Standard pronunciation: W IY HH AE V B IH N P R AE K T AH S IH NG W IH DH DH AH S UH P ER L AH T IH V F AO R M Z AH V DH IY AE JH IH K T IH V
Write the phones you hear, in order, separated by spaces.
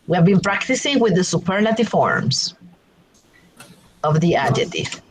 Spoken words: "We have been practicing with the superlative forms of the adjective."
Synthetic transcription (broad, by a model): W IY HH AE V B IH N P R AE K T AH S IH NG W IH DH DH AH S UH P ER N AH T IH F AO R M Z AH V DH IY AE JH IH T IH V